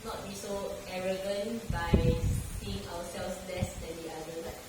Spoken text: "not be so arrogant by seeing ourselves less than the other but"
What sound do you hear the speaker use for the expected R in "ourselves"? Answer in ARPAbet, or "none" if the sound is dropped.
W